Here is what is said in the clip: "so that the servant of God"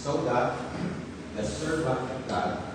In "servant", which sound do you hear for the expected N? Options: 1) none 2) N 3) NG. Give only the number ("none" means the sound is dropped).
1